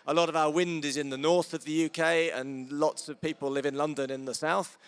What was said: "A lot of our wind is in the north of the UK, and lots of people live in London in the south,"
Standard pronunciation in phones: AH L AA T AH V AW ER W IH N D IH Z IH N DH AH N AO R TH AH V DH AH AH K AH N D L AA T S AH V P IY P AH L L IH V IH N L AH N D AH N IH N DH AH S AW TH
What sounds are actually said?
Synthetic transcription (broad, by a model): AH L AA T AH V AW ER W IH N D IH Z IH N DH AH N AO R TH AH V DH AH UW K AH N L AA T S AH V P IY P AH L L IH V IH N L AH N D AH N IH N DH AH S AW TH